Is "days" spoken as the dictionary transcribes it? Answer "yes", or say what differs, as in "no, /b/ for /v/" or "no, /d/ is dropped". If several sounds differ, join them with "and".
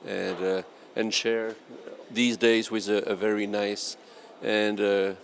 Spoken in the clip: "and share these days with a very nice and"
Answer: yes